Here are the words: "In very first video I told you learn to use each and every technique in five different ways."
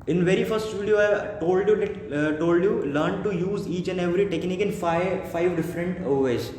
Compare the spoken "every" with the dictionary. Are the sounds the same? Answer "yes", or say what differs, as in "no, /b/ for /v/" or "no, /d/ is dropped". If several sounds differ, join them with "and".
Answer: yes